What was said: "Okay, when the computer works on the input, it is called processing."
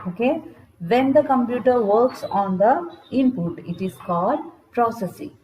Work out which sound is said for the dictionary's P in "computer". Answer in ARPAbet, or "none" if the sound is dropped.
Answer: P